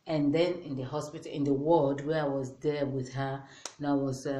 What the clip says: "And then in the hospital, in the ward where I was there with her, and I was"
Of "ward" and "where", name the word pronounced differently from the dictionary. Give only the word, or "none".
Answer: ward